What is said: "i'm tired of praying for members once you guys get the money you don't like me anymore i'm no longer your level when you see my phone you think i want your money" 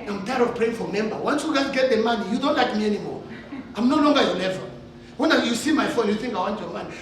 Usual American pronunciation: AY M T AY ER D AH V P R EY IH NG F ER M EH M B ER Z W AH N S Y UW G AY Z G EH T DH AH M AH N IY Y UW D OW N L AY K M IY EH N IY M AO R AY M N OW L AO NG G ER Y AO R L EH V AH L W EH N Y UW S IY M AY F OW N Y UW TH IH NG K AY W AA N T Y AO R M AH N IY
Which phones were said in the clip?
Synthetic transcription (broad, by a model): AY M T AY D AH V P R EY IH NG F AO M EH M B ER W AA N S Y UW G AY G EH T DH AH M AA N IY Y UW D OW N L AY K M IY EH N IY M AO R AY M N OW L AO NG G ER Y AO L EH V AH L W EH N Y UW S IY M AY F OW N Y UW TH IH NG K AY W AA N T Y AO M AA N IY